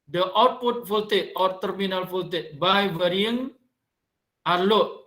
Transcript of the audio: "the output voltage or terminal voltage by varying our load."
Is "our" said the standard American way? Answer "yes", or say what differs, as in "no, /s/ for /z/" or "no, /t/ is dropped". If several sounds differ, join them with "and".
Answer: yes